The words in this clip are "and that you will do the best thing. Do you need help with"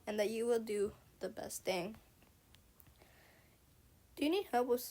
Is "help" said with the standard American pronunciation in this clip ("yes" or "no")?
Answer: no